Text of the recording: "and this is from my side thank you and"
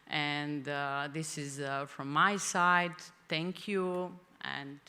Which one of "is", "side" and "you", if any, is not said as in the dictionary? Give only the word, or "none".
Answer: none